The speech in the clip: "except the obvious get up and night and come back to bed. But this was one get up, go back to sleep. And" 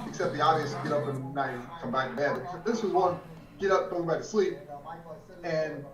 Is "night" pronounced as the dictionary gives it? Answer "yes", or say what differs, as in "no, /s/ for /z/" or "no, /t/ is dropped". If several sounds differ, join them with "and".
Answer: no, /t/ is dropped